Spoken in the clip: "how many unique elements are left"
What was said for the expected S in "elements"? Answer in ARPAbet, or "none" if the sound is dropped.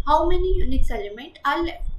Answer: none